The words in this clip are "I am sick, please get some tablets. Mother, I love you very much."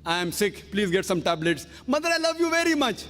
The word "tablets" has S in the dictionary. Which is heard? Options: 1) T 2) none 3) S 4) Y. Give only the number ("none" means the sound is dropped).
3